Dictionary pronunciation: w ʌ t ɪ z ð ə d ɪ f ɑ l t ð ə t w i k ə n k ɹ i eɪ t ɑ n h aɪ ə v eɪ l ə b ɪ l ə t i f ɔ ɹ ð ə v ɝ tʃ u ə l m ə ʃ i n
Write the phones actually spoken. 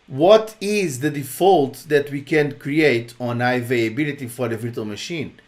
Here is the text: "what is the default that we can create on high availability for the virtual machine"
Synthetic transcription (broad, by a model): w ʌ t ɪ z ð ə d ɪ f ɑ l t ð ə t w i k ə n k ɹ i eɪ t ɑ n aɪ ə v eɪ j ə b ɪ l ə t i f ɔ ɹ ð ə v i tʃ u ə l m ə ʃ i n